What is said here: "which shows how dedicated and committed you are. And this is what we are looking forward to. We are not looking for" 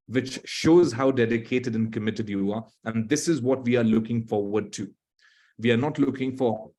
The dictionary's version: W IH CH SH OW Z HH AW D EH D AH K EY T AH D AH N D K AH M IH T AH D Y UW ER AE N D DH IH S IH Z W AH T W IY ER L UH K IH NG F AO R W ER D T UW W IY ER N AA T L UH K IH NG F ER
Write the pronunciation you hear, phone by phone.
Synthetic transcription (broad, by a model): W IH CH SH OW Z HH AW D EH D AH K EY T AH D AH N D K AH M IH T AH D Y UW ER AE N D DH IH S IH Z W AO T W IY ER L UH K IH NG F AO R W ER D T UW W IY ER N AA T L UH K IH NG F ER